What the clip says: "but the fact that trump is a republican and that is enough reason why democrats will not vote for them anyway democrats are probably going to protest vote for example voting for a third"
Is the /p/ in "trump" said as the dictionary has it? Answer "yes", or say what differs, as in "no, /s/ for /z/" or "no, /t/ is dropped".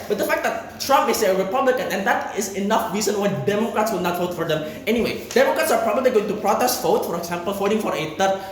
yes